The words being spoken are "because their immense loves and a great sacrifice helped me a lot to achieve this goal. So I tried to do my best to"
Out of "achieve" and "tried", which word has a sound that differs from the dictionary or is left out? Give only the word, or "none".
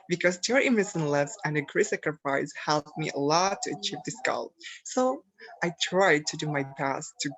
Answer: none